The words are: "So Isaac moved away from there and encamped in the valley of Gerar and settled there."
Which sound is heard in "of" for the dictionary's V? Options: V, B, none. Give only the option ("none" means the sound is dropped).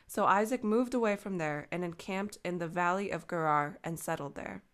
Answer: V